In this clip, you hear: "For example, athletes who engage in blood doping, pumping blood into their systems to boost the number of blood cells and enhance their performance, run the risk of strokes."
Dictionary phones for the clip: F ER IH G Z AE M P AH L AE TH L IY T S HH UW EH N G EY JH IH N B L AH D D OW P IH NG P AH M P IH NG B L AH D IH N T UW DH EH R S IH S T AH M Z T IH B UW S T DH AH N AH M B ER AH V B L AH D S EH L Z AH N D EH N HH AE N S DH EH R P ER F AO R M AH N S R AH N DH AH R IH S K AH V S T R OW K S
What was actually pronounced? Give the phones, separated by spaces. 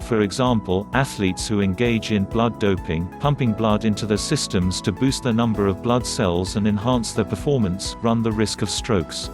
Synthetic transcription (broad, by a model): F ER IH G Z AE M P AH L AE TH L IY T S HH UW EH N G EY JH IH N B L AH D D OW P IH NG P AH M P IH NG B L AH D IH N T UW DH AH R S IH S T AH M Z T IH B UW S T DH AH N AH M B ER AH V B L AH D S EH L Z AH N EH N HH AE N S DH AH R P ER F AO R M AH N S R AH N DH AH R IH S K AH V S T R OW K S